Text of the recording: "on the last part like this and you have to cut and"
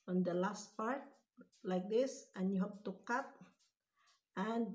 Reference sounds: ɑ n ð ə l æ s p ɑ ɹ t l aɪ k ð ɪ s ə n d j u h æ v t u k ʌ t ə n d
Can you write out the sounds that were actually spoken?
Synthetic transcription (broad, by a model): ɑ n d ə l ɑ s p ɑ ɹ t l aɪ k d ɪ s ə n j u h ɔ p t u k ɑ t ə n